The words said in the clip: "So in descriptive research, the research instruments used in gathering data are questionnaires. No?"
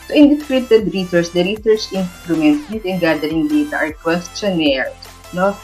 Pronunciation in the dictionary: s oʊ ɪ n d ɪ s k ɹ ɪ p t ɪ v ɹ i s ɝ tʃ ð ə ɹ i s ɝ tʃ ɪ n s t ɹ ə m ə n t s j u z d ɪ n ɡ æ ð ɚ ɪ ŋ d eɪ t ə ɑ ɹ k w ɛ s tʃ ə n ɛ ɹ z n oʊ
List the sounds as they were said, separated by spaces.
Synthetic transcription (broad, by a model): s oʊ ɪ n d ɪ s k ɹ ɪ t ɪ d ɹ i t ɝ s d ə ɹ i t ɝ s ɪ n s t ɹ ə m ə n t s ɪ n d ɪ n ɡ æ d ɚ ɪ ŋ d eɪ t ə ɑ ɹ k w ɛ s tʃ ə n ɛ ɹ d n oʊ